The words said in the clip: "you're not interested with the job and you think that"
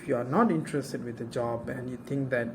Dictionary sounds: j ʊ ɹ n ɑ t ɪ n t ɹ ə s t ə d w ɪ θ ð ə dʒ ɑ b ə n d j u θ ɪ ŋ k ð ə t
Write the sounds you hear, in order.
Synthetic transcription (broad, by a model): j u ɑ n ɑ t ɪ n t ɹ ə s t ə d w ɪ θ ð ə dʒ ɑ b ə n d j u t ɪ ŋ k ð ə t